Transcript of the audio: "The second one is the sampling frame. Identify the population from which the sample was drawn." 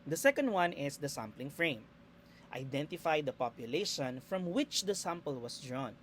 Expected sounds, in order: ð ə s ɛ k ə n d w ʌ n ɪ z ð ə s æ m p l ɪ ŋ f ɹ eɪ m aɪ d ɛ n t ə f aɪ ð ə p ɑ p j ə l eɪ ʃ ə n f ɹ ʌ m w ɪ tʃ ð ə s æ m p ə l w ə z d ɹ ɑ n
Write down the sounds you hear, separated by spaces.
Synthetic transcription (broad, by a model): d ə s ɛ k ə n d w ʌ n ɪ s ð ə s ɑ m p l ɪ ŋ f ɹ eɪ m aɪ d ɛ n t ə f aɪ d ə p ɑ p j ə l eɪ ʃ ə n f ɹ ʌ m w ɪ tʃ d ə s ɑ m p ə l w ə s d ɹ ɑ n